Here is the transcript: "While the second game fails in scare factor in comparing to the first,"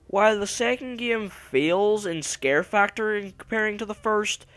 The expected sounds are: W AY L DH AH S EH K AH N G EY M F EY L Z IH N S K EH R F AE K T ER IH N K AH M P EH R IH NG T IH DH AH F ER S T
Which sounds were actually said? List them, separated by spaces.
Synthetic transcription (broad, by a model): W AY L DH AH S EH K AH N G EY M F EY L Z IH N S K EH R F AE K T ER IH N K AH M P EH R IH NG T IH DH AH F ER S T